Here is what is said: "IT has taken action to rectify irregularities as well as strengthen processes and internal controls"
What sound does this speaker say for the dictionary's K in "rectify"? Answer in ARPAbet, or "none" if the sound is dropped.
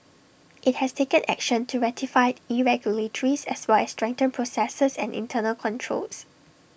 none